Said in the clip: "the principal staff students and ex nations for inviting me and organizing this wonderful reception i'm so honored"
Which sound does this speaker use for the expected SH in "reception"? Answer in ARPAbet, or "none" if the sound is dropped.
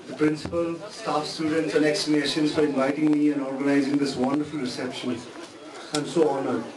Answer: SH